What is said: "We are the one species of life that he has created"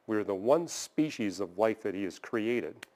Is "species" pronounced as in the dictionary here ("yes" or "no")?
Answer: yes